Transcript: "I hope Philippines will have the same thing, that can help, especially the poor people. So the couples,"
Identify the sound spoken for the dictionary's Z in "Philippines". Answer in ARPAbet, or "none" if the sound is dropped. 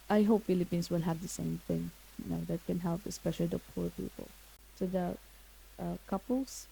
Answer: S